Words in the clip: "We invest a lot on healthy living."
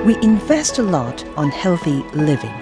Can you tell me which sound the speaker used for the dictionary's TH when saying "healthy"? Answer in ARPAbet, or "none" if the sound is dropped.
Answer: TH